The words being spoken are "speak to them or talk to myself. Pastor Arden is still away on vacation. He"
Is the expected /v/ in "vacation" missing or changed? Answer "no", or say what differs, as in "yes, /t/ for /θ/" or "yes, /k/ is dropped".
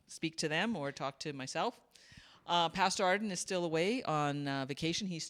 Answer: no